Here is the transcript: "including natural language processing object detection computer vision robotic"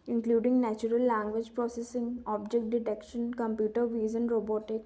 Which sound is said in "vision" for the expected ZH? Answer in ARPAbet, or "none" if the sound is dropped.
Z